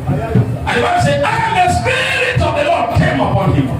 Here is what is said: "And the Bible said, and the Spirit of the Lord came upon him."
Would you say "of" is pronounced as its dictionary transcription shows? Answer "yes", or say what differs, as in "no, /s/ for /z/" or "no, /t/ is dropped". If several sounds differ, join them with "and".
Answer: yes